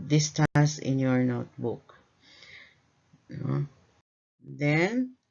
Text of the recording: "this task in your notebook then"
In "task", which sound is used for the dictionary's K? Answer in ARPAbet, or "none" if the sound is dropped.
none